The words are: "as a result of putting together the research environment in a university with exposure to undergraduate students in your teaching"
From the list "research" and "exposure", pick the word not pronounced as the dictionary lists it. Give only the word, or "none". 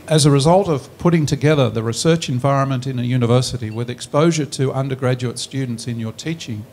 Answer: none